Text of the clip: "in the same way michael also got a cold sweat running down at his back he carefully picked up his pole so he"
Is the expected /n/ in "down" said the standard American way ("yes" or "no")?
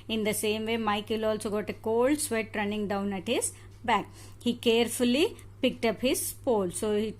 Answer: yes